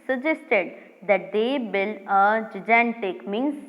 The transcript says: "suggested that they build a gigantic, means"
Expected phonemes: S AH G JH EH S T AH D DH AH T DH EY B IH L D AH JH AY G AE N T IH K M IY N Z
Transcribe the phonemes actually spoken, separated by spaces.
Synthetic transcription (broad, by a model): S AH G JH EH S T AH D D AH T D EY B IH L AH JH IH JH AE N T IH K M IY N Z